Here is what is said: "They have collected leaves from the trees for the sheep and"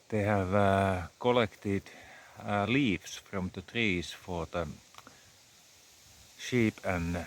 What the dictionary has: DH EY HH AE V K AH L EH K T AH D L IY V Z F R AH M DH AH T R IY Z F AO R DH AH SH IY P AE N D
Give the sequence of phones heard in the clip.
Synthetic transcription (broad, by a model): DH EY HH AE V K AH L EH K T AH D L IY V S F R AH M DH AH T R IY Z F AO R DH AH SH IY P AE N